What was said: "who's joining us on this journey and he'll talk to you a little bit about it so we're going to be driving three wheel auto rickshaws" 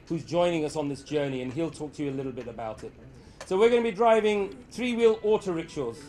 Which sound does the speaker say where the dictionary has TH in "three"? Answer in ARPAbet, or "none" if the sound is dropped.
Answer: TH